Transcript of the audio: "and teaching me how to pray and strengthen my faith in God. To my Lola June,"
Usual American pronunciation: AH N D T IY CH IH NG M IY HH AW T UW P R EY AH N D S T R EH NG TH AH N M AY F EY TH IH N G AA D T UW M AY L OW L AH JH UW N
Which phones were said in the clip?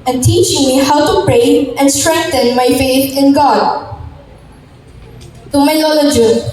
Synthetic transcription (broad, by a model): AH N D T IY CH IH NG M IY HH AW T UW P R EY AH N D S T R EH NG T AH N M AY F EY T IH N G AA D T UW M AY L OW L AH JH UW